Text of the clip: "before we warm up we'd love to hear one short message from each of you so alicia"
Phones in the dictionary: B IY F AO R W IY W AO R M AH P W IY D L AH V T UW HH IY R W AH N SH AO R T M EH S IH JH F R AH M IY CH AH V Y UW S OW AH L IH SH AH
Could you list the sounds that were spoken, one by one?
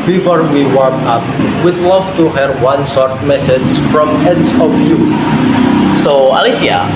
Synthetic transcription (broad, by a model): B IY F AO R W IY W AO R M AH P W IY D L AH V T UW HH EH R W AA N S AO R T M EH S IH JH F R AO M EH S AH F Y UW S OW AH L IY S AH